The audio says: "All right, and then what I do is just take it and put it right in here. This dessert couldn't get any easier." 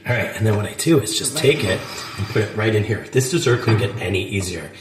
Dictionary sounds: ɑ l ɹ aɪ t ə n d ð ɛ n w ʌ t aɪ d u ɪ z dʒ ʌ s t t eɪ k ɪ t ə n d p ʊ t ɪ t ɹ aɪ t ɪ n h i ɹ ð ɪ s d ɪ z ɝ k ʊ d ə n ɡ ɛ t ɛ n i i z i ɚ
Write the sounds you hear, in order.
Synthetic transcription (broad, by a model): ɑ ɹ aɪ t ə n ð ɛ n w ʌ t aɪ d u ɪ z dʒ ʌ s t t eɪ k ɪ t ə n p ʊ t ɪ t ɹ aɪ t ɪ n h i ɹ ð ɪ s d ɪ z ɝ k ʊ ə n ɡ ɛ t ɛ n i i z i ɚ